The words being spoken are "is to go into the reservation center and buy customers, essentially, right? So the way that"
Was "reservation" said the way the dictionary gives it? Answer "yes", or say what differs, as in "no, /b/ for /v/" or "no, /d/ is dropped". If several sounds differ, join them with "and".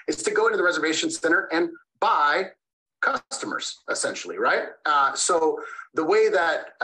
yes